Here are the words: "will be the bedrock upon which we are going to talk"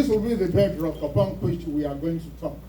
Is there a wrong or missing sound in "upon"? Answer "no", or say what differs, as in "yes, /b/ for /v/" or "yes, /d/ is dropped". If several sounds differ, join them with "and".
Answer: yes, /b/ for /p/